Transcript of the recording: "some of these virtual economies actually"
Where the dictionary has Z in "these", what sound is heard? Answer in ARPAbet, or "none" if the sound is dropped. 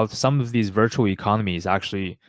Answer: Z